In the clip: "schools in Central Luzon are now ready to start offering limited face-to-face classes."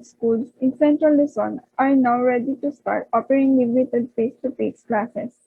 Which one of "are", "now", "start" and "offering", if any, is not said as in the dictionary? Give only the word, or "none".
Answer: offering